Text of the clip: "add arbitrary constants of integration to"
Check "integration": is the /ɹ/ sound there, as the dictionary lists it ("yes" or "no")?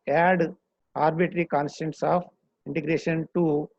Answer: yes